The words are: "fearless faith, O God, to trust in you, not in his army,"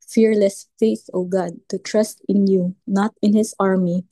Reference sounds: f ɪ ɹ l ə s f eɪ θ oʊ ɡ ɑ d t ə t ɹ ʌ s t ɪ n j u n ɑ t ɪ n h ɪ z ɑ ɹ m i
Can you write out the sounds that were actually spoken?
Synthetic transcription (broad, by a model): f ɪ ɹ l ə s f eɪ θ oʊ ɡ ɑ d t ə t ɹ ʌ s t ɪ n j u n ɑ t ɪ n h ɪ s ɑ ɹ m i